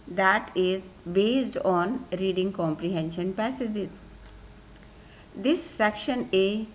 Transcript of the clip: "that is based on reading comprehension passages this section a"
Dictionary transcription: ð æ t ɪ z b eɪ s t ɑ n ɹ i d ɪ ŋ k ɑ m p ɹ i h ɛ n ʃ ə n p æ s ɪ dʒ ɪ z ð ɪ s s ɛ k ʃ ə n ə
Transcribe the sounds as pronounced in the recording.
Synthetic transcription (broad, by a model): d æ t ɪ z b eɪ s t ɑ n ɹ i d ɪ ŋ k ɑ m p ɹ i h ɛ n ʃ ə n p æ s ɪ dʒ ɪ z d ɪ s s ɛ k ʃ ə n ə